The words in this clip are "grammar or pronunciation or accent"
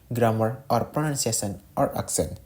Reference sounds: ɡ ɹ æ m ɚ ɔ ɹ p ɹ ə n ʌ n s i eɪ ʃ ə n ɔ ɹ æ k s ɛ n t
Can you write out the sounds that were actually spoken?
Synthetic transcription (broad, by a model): ɡ ɹ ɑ m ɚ ɔ ɹ p ɹ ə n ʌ n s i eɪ s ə n ɔ ɹ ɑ k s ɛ n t